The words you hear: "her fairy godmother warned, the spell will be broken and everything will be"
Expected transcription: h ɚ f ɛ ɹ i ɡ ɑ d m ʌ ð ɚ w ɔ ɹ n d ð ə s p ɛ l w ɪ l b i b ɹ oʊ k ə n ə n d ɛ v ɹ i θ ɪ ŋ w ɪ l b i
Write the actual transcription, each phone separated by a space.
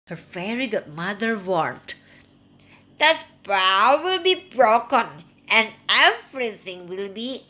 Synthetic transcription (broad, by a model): h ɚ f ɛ ɹ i ɡ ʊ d m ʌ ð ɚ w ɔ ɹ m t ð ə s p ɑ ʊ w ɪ l b i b ɹ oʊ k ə n ə n d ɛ f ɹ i s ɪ ŋ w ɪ l b i